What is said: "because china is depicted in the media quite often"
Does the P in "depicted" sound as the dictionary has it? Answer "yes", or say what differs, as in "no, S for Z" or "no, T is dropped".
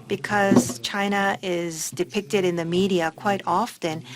yes